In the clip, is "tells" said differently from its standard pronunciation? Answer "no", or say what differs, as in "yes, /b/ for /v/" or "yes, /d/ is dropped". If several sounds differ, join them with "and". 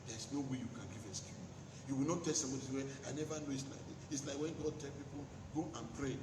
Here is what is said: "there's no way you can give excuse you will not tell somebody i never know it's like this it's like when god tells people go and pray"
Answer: yes, /z/ is dropped